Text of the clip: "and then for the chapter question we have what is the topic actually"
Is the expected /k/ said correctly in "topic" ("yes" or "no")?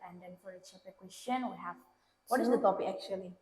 no